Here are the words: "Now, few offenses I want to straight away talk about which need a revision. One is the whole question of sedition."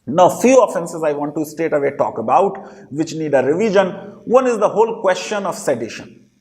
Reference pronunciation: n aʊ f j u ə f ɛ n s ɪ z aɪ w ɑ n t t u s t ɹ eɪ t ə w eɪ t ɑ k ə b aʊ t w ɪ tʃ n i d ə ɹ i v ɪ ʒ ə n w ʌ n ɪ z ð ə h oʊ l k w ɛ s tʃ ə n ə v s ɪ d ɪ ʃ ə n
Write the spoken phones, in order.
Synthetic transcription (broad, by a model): n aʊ f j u ə f ɛ n s ɪ z aɪ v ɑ n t t u s t eɪ t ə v eɪ t ɑ k ə b aʊ t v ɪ tʃ n i d ə ɹ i v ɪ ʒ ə n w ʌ n ɪ z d ə h oʊ l k w ɛ s tʃ ə n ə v s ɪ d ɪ ʃ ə n